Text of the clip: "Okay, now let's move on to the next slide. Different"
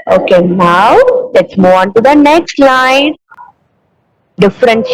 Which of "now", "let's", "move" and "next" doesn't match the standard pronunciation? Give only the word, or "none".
move